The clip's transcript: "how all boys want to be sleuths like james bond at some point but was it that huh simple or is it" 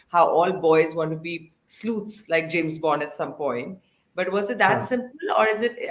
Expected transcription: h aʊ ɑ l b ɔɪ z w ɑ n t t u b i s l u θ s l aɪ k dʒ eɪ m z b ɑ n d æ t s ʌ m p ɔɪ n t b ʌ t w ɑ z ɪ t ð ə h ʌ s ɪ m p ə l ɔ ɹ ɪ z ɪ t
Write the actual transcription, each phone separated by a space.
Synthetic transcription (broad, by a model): h aʊ ɑ l b ɔɪ z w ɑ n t t u b i s l u t s l aɪ k dʒ eɪ m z b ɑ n æ t s ʌ m p ɔɪ n t b ʌ t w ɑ z ɪ t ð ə s ɪ m p ə l ɔ ɹ ɪ z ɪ t